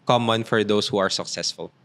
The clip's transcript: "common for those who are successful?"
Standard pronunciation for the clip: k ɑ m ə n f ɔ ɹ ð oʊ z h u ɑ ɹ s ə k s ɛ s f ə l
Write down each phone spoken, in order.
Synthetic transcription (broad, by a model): k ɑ m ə n f ɔ ɹ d oʊ s h u ɑ ɹ s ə k s ɛ s f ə l